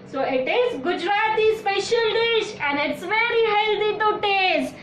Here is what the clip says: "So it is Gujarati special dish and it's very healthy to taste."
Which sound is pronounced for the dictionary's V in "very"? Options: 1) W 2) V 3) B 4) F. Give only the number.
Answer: 2